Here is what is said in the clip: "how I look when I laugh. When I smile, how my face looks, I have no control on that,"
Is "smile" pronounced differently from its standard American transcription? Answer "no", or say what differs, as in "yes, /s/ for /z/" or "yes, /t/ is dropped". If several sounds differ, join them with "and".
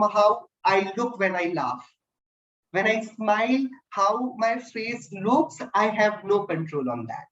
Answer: no